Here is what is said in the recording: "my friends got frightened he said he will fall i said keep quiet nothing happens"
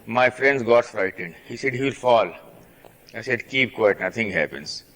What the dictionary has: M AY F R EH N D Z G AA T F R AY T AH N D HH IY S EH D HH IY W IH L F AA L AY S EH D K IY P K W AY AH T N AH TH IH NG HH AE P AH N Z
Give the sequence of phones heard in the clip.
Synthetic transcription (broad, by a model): M AY F R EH N D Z G AA T F R AY T AH N D HH IY S EH D HH IY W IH L F AA L AY S EH D K IY P K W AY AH T N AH T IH NG HH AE P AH N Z